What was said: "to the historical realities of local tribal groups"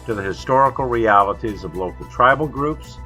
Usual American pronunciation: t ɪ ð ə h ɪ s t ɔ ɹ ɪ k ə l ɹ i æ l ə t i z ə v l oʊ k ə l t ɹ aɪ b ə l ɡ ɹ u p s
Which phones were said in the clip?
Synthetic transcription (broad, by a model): t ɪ ð ə h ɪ s t ɔ ɹ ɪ k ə l ɹ i æ l ə t i z ə v l oʊ k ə l t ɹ aɪ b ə l ɡ ɹ u p s